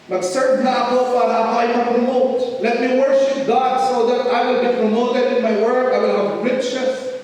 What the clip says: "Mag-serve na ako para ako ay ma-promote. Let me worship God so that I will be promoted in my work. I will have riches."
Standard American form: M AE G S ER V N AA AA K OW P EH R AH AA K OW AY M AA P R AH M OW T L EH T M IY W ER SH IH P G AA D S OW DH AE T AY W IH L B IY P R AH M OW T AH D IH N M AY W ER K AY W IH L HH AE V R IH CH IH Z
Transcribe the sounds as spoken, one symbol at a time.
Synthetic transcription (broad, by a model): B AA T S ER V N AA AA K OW F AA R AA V AY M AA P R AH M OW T L EH T M IY W ER SH IH P G AA D S OW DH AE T AY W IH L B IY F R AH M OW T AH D IH N M AY W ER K AY W IH L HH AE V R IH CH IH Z